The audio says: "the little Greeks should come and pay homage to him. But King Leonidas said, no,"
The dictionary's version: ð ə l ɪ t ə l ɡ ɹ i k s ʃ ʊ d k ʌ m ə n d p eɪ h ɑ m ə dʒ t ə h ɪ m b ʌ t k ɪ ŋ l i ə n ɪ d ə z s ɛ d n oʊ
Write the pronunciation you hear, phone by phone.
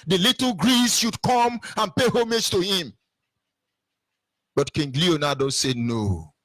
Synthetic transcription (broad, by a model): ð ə l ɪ t l ɡ ɹ i s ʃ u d k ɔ m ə n p eɪ h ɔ m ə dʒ t ə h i m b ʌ t k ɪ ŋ l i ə n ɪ d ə s ɛ n oʊ